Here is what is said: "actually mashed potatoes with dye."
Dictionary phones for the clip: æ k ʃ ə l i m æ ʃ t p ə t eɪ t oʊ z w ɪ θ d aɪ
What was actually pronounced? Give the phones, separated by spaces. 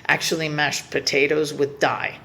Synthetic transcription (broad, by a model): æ k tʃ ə l i m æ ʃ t p ə t eɪ t oʊ z w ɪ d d aɪ